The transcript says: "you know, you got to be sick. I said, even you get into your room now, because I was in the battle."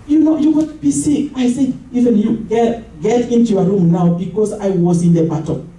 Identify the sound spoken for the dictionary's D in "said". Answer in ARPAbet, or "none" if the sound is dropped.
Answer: none